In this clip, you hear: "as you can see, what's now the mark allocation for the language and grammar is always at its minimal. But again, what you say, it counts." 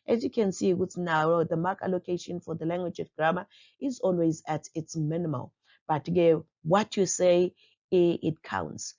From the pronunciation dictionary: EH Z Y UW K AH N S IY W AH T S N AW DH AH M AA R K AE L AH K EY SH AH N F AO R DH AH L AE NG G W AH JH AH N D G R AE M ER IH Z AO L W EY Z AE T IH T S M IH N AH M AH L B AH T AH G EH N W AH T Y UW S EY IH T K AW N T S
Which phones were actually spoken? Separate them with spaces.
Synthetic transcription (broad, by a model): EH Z Y UW K AH N S IY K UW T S N AW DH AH M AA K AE L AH K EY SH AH N F AO R DH AH L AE NG G W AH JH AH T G R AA M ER IH Z AO L W EY Z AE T IH T S M IH N AH M AH L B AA T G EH W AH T Y UW S EY IH T K AW N T S